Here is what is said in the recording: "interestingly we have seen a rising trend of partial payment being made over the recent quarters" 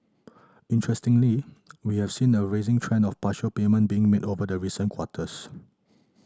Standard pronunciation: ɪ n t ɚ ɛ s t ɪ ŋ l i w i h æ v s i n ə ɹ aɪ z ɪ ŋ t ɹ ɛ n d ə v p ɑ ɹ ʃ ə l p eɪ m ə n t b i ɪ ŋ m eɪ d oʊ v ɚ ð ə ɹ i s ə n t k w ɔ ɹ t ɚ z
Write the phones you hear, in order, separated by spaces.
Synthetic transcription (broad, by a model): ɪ n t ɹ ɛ s t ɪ ŋ l i w i h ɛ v s i n ə ɹ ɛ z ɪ ŋ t ɹ ɛ n ə f p ɑ ʃ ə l p eɪ m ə n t b i ɪ ŋ m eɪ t oʊ v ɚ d ə ɹ i s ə n k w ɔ t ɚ s